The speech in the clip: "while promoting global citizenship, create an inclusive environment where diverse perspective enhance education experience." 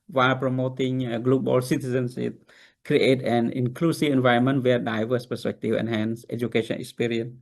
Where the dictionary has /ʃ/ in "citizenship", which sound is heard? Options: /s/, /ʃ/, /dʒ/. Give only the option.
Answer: /s/